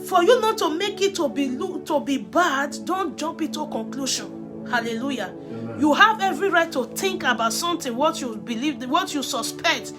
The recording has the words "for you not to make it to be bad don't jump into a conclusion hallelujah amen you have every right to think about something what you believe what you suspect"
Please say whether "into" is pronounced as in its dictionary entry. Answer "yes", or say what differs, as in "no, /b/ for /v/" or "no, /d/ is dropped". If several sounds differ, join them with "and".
no, /n/ is dropped